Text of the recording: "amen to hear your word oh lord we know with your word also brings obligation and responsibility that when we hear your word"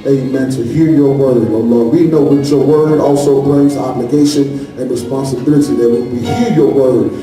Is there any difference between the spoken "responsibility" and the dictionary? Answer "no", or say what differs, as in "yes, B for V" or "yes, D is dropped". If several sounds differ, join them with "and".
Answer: no